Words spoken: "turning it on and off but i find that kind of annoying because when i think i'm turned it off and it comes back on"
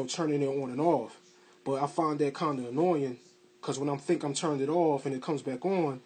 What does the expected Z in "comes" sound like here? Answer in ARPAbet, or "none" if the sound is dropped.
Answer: Z